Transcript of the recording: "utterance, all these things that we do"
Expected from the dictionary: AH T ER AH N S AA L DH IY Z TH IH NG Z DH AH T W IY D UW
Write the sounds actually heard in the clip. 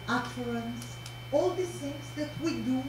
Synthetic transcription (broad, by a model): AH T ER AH N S AA L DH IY TH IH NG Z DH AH T W IY D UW